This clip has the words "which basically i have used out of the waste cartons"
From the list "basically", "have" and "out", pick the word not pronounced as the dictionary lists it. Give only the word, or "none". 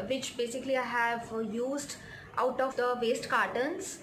none